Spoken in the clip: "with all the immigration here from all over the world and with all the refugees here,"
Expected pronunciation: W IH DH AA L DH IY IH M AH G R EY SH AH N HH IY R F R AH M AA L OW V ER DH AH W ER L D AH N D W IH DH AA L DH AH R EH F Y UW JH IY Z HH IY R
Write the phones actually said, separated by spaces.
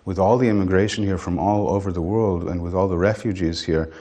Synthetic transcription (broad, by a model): W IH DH AA L DH IY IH M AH G R EY SH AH N HH IY R F R AH M AA L OW V ER DH AH W ER L D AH N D W IH DH AA L DH AH R EH F Y UW JH IY Z HH IY R